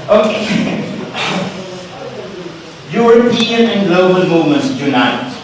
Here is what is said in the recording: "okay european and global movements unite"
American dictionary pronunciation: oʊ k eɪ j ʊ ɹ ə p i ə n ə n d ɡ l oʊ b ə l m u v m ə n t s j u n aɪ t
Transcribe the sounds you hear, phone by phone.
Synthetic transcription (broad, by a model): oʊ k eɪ j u ɹ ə p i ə n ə n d l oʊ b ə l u m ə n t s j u n aɪ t